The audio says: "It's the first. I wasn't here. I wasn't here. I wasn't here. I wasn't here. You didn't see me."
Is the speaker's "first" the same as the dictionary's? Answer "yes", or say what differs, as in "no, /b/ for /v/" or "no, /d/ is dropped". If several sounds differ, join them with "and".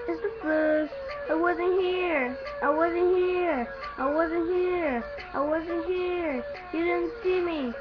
no, /t/ is dropped